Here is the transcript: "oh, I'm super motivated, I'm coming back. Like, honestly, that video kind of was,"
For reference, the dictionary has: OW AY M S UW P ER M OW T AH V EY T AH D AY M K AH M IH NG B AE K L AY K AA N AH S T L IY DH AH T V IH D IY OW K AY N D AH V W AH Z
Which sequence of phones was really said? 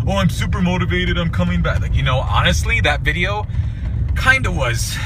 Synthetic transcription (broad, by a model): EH AY M S UW P ER M OW T AH V EY T AH D AY M K AH M IH NG B AE K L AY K AA N AH S T L IY DH AH T V IH D IY OW K AY N D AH W AH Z